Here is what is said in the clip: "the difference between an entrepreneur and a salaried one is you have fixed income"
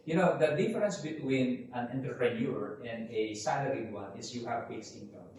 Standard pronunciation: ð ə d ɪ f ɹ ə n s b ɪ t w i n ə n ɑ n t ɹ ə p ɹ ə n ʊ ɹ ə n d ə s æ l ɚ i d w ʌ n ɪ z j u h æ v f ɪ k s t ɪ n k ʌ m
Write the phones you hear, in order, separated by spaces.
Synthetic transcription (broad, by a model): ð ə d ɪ f ɹ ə n s b ɪ t w i n ə n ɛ n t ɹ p ɹ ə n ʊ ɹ ə n d ə s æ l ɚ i w ʌ n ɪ s j u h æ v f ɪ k s ɪ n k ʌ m